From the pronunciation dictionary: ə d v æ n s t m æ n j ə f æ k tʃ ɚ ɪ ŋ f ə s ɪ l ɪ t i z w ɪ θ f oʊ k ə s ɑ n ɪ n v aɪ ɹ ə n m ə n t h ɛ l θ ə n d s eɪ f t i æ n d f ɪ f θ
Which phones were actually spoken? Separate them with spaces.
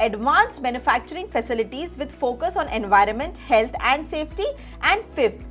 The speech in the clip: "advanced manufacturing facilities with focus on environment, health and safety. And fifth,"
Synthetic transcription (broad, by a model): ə d v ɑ n s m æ n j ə f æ k tʃ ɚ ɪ ŋ f ə s ɪ l ɪ t i z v ɪ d f oʊ k ə s ɑ n ɪ n v aɪ ɹ ə n m ə n t h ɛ l t ə n d s eɪ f t i æ n d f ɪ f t